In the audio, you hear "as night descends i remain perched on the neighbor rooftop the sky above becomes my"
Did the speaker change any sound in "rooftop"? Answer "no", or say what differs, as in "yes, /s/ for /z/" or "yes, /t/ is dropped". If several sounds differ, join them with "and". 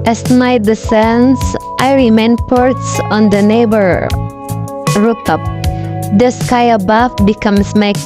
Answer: yes, /f/ is dropped